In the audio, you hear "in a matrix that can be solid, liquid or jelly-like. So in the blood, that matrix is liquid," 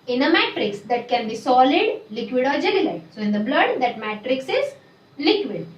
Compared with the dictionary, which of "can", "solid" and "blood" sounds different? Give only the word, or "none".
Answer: none